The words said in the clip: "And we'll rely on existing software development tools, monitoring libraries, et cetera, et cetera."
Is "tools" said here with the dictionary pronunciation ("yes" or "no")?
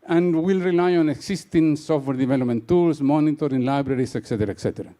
no